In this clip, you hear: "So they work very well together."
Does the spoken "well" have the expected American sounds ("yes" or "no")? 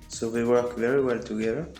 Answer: yes